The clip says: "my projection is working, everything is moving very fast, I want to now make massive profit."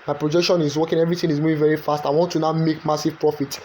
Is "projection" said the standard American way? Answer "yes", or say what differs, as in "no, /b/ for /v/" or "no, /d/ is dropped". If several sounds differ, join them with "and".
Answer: yes